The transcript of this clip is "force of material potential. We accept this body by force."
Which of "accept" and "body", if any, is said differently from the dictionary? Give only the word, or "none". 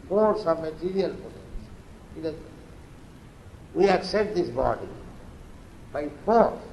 accept